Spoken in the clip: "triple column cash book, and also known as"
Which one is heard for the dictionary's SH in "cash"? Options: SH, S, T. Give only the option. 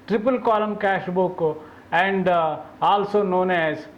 SH